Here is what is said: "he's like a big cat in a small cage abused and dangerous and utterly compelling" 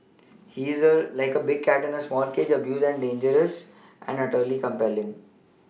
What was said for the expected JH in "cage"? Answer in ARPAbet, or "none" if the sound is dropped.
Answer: JH